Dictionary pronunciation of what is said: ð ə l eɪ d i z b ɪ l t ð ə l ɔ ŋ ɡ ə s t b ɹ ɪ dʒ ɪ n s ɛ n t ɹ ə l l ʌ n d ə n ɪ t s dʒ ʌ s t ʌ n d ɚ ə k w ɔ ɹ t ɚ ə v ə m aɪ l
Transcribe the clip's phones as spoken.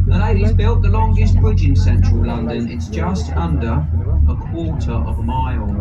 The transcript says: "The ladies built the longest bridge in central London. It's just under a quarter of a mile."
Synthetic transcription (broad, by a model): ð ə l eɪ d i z b ɪ l t ð ə l ɔ ŋ ɡ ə s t b ɹ ɪ dʒ ɪ n s ɛ n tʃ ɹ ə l l ʌ n d ə n ɪ t s dʒ ʌ s t ʌ n d ɚ ə k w ɔ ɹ t ɚ ə v ə m aɪ l